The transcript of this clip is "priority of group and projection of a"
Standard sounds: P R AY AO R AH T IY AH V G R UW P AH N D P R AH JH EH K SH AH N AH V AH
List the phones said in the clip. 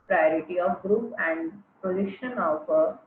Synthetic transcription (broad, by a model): P R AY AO R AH T IY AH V G R UW P AH N D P AH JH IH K SH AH N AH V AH